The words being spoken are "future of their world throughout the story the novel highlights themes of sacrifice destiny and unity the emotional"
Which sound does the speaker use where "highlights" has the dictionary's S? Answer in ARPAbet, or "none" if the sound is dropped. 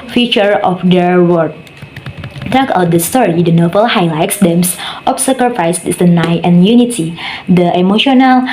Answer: S